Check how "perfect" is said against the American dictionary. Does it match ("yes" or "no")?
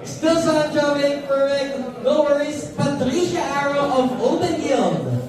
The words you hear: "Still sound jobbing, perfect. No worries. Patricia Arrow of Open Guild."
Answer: no